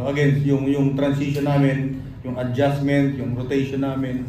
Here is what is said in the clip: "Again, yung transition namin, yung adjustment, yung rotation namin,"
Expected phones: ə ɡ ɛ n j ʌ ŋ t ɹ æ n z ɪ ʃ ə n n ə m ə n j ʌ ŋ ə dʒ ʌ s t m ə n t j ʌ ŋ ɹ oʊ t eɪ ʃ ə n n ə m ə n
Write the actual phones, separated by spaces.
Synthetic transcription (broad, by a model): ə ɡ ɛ n j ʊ ŋ t ɹ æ n s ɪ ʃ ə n n ə m ə n j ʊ ŋ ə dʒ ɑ s m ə n t j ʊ ŋ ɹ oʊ t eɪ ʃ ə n n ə m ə n